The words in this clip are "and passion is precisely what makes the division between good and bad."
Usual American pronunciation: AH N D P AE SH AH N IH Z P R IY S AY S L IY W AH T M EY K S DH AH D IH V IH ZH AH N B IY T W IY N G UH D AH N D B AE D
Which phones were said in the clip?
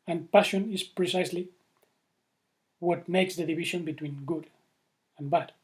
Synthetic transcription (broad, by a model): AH N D P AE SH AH N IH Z P R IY S AY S L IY W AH T M EY K S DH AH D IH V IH SH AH N B IY T W IY N G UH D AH N B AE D